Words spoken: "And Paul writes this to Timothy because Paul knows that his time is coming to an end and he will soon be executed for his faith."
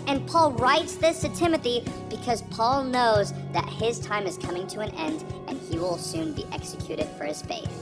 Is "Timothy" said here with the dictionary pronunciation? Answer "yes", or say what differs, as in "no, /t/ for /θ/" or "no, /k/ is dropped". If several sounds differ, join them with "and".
yes